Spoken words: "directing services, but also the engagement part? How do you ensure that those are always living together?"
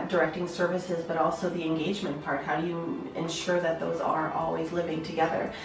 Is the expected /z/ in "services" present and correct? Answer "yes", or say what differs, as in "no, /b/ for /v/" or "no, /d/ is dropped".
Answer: yes